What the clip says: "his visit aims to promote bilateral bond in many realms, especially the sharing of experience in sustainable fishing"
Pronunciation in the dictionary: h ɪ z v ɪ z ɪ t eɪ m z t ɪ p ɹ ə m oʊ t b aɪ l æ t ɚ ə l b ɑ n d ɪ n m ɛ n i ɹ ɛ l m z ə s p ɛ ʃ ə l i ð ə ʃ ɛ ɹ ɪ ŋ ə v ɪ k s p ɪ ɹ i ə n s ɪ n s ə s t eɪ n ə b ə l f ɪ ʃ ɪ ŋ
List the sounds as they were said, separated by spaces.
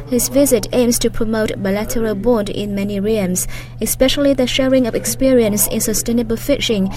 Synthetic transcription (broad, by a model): h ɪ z v ɪ z ɪ t eɪ m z t ɪ p ɹ ə m oʊ t b aɪ l æ t ɚ ə l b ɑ n d ɪ n m ɛ n i ɹ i m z ə s p ɛ ʃ ə l i ð ə ʃ ɛ ɹ ɪ ŋ ə v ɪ k s p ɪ ɹ i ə n s ɪ n s ə s t eɪ n ə b ə l f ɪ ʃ ɪ ŋ